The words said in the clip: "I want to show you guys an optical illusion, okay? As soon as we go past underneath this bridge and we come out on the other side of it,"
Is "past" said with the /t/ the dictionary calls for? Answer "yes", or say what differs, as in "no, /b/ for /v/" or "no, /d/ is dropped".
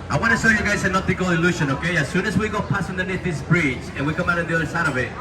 no, /t/ is dropped